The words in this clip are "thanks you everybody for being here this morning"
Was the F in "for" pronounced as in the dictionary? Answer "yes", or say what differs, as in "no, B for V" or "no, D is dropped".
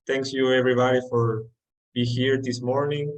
yes